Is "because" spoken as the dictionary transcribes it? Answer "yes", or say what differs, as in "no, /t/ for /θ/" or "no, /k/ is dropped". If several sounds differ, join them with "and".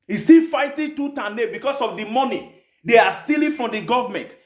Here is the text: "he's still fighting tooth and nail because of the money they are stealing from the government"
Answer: no, /s/ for /z/